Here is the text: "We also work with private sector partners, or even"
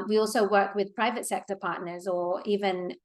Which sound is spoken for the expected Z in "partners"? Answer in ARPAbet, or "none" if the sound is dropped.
Z